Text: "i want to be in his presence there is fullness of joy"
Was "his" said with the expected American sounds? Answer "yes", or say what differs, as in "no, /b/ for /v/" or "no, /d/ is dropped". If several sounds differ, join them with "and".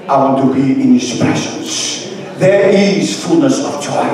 no, /s/ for /z/